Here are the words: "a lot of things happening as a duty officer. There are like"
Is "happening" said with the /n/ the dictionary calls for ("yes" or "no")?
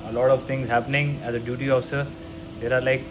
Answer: yes